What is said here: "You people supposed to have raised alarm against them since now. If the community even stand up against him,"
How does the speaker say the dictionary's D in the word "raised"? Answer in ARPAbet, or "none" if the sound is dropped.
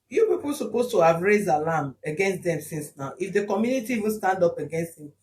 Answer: D